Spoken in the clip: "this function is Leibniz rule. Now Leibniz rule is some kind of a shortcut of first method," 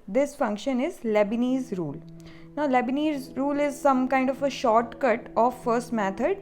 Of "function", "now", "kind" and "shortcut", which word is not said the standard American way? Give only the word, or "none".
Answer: none